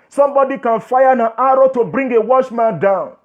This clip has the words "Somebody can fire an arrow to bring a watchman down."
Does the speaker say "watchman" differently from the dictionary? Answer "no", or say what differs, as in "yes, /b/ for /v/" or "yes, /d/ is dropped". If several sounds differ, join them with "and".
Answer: yes, /ʃ/ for /tʃ/